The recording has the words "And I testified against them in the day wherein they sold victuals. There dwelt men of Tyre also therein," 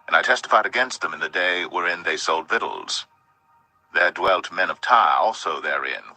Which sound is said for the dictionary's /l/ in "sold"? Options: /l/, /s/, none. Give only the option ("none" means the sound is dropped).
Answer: /l/